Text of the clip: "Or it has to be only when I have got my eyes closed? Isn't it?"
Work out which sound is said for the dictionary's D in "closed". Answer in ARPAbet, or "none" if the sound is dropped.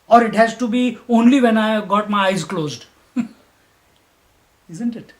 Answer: D